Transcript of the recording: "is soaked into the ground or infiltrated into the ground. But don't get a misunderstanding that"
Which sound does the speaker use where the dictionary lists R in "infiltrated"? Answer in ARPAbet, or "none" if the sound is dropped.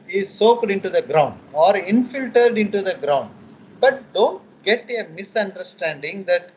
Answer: none